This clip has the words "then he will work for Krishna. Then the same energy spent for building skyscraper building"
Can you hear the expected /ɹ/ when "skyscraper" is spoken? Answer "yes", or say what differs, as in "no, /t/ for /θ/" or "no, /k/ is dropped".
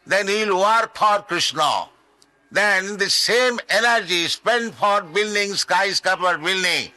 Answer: no, /ɹ/ is dropped